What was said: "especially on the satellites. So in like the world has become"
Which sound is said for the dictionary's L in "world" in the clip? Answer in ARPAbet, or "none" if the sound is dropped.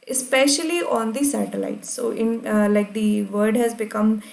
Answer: none